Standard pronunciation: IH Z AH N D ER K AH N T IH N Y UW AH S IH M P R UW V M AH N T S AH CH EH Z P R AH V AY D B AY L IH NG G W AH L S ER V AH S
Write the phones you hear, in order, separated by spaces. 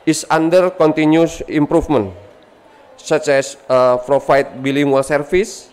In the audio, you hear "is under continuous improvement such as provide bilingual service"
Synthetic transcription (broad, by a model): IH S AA N D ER K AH N T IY N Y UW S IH M P R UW F M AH N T S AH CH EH S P R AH F AY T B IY L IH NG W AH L S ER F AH S